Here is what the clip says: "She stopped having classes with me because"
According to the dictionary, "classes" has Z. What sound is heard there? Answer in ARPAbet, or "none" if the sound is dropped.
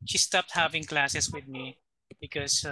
S